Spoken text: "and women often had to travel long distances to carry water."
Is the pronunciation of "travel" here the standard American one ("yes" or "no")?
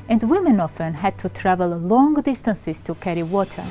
yes